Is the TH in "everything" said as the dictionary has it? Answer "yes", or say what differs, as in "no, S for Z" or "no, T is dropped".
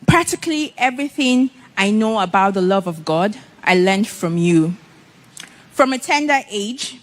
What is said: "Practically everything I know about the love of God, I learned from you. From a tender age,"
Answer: yes